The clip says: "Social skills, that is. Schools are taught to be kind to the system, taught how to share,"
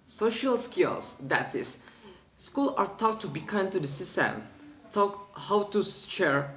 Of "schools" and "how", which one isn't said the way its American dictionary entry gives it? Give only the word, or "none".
schools